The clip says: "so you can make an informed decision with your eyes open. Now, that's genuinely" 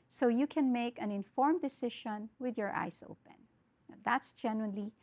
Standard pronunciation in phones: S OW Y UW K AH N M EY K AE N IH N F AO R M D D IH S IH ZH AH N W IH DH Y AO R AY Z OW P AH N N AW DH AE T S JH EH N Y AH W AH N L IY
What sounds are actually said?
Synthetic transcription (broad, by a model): S OW Y UW K AH N M EY K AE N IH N F AO R M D D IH S IH SH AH N W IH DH Y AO R AY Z OW P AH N N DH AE T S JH EH N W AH N L IY